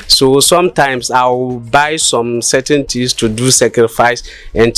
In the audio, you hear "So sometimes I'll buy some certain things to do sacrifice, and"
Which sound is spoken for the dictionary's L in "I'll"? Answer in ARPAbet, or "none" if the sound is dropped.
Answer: W